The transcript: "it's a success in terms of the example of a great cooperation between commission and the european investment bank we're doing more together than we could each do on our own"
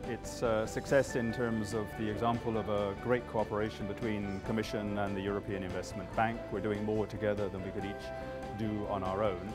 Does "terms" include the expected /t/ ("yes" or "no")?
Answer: yes